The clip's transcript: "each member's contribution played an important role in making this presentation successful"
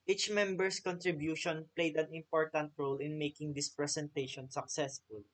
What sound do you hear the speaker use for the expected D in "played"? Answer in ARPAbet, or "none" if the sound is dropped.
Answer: D